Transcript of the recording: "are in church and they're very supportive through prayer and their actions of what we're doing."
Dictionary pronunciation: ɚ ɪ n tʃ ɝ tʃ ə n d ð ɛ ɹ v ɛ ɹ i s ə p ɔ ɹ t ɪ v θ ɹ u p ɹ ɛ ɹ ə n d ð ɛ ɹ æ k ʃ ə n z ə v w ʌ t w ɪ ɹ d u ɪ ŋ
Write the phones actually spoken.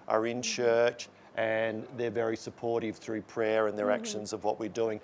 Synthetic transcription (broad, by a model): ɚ ɪ n tʃ ɝ tʃ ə n ð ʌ ɹ v ɛ ɹ i s ə p ɔ ɹ t ɪ v θ ɹ u p ɹ ɛ ɹ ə n ð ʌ ɹ æ k ʃ ə n z ə v w ʌ t w ɪ ɹ d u ɪ ŋ